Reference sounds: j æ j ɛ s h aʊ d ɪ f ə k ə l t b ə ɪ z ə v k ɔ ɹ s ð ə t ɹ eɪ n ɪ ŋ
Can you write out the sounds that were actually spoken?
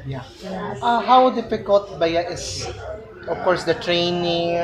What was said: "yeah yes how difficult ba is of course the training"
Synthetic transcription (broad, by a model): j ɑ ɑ h aʊ d ɪ f ə k ə l t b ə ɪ s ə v k ɔ ɹ s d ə t ɹ eɪ n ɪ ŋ